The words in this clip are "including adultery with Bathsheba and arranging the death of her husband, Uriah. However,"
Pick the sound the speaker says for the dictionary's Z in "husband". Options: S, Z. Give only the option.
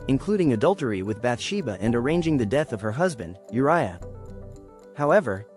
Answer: Z